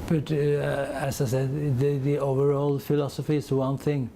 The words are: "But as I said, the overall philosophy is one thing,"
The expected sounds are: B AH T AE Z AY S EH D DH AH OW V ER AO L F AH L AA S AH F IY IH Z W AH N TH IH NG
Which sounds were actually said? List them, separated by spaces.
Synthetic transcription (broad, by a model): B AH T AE S AY S EH D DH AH OW V ER AO L F AH L AA S AH F IY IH S W AH N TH IH NG